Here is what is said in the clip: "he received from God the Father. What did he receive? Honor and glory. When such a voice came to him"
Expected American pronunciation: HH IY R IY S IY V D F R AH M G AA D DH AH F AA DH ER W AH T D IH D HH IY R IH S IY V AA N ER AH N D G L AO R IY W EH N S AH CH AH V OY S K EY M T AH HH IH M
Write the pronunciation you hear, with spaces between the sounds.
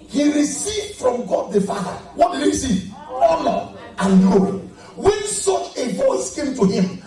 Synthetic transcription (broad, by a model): HH IY R IY S IY V D F R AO M G AA D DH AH F AA DH ER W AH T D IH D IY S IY AA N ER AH N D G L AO W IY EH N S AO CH AH V OY S K EY M T AH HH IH M